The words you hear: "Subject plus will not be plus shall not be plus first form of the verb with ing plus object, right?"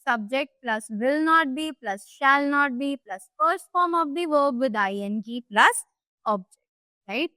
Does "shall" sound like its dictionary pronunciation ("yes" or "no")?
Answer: yes